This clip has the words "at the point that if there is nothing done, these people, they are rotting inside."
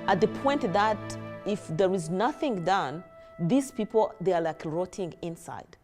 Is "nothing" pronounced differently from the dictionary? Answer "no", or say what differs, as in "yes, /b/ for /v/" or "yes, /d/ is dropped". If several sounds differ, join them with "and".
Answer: no